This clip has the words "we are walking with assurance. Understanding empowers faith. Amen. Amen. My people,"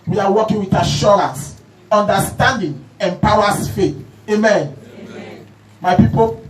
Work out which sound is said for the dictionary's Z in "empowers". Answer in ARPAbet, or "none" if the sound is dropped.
S